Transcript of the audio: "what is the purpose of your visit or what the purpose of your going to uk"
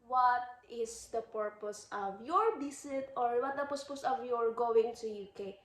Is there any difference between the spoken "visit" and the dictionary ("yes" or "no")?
yes